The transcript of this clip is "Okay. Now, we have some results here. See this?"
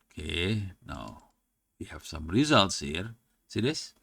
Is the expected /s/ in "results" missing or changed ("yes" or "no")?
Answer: no